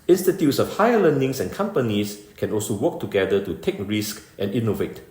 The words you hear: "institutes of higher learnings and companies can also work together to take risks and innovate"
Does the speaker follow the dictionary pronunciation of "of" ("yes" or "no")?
no